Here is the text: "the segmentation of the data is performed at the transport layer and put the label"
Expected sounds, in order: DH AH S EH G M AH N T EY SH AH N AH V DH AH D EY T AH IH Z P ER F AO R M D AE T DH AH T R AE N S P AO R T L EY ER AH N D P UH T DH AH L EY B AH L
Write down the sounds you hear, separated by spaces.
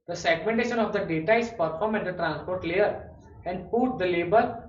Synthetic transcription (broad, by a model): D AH S EH G M AH N T EY SH AH N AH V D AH D EY T AH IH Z P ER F AO R M EH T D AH T R AE N S P AO R T L EY ER AH N D P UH T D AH L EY B AH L